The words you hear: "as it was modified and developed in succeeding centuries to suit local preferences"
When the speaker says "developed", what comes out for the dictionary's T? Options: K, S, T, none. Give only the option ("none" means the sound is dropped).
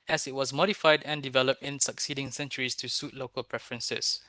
T